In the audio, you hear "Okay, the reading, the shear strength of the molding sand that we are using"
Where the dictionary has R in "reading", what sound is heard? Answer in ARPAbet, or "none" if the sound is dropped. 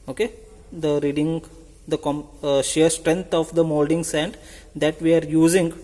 R